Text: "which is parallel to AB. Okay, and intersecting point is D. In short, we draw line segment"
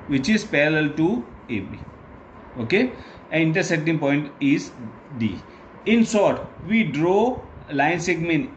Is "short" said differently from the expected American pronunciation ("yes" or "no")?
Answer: yes